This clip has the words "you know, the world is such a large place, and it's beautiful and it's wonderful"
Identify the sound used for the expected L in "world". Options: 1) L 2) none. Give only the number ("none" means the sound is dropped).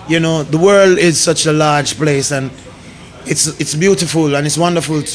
1